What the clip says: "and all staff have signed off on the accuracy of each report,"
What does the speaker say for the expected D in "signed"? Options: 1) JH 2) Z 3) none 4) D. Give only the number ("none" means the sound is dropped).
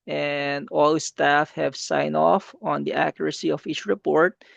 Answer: 3